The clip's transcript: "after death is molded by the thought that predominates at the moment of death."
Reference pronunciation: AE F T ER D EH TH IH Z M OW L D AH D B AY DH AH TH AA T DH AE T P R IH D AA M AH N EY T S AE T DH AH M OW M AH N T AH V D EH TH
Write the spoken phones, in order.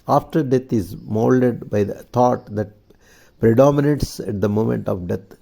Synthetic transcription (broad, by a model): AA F T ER D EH T IH Z M OW L D AH D B AY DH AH T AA T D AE T P R IH D AA M AH N EY T S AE T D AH M OW M AH N T AH V D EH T